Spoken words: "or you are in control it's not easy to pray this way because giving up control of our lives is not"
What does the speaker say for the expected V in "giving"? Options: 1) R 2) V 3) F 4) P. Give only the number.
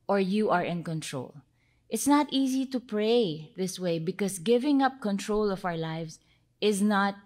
2